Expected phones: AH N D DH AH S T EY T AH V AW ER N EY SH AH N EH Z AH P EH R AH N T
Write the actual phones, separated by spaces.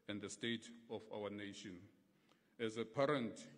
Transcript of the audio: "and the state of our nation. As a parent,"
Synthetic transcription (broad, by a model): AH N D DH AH S T EY T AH F AW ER N EY SH AH N EH Z AH P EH R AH N T